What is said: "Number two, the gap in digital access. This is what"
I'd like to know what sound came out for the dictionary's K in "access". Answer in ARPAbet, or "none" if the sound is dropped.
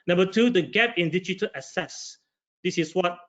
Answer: none